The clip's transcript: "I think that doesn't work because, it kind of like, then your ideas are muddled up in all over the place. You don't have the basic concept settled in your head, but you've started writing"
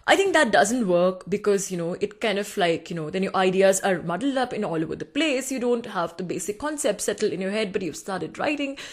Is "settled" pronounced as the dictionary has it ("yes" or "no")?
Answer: no